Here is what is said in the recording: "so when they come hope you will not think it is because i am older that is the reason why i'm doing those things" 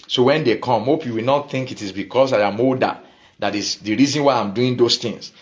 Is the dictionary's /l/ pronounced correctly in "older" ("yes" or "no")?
no